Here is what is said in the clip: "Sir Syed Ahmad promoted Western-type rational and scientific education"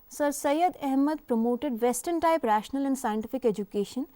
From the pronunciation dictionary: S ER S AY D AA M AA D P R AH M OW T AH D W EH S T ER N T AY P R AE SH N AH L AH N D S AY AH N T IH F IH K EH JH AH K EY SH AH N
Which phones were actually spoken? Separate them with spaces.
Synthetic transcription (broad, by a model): S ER S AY D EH M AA D P R AH M OW T AH D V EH S T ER N T AY P R AE SH N AH L AH N D S AY AH N T IH F IH K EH JH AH K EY SH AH N